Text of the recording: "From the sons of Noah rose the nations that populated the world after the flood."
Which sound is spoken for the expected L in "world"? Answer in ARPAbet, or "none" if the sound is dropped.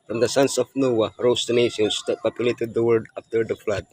none